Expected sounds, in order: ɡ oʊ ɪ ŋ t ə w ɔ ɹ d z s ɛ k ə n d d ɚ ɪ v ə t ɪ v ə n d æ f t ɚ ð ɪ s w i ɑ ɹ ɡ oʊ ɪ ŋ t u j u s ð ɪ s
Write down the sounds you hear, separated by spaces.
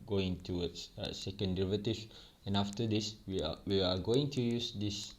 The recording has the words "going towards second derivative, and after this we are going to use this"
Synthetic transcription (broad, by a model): ɡ oʊ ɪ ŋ t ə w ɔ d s s ɛ k ə n d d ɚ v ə t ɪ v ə n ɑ f t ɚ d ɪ s w i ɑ w ɡ oʊ ɪ ŋ t u j u s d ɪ s